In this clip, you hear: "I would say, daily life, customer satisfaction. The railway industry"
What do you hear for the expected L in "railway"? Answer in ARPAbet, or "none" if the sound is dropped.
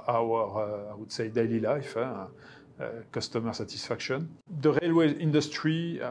L